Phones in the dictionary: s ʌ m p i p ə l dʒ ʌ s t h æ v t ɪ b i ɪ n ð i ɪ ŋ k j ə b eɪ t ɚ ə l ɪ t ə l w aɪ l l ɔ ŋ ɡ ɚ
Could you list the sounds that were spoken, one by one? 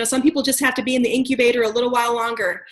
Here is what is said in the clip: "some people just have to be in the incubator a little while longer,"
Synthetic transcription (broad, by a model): s ʌ m p i p l dʒ ʌ s t h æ f t ɪ b i ɪ n ð i ɪ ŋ k j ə b eɪ t ɚ ə l ɪ t l w aɪ l l ɔ ŋ ɡ ɚ